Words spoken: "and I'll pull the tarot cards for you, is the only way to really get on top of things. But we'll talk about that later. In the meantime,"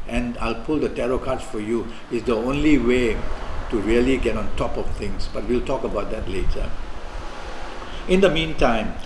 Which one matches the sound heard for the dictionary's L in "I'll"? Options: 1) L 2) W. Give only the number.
1